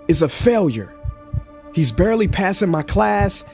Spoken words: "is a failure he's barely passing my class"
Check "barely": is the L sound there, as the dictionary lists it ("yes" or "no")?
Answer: yes